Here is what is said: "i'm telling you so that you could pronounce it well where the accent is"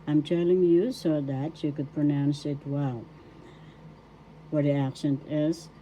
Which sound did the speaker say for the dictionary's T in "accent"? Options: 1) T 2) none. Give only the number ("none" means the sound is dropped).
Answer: 1